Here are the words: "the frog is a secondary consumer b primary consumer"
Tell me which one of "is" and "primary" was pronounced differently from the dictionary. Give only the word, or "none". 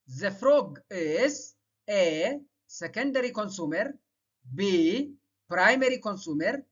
is